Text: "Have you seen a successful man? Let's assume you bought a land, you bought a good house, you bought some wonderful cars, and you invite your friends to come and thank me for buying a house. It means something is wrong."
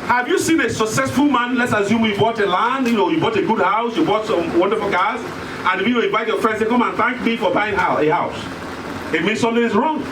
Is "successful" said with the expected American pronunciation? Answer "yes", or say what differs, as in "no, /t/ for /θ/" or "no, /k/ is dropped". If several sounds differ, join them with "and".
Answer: yes